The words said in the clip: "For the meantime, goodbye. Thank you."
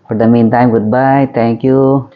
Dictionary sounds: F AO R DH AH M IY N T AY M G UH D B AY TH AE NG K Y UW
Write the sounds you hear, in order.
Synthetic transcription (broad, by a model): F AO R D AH M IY N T AY M G UH D B AY T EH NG K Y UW